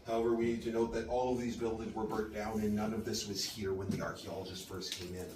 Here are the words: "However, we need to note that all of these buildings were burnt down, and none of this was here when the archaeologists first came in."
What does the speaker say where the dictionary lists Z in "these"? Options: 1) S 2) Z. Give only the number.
2